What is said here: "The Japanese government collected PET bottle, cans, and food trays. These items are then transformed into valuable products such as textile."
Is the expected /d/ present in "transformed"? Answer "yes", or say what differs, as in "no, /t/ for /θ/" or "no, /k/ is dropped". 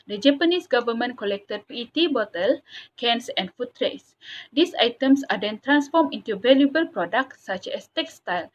no, /d/ is dropped